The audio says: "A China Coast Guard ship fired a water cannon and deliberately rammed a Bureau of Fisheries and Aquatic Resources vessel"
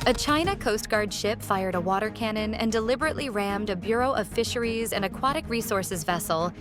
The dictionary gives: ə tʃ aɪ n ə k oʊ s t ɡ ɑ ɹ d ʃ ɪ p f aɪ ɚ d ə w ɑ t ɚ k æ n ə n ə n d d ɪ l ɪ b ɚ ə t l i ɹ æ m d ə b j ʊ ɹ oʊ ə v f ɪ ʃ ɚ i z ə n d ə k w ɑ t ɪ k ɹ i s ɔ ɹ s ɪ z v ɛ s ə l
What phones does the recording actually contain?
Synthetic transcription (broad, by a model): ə tʃ aɪ n ə k oʊ s t ɡ ɑ ɹ d ʃ ɪ p f aɪ ɚ d ə w ɑ t ɚ k æ n ə n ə n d d ɪ l ɪ b ɚ ə t l i ɹ æ m d ə b j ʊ ɹ oʊ ə v f ɪ ʃ ɚ i z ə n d ə k w ɑ t ɪ k ɹ i s ɔ ɹ s ɪ z v ɛ s l